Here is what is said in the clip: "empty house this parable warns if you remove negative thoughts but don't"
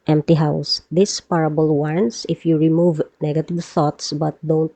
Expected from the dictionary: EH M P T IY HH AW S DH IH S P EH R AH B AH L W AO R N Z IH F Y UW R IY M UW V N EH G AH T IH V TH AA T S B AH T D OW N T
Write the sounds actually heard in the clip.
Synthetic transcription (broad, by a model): EH M P T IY HH AW S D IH S P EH R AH B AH L W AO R N S IH F Y UW R IY M UW V N EH G AH T IH V TH AA T S B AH T D OW N T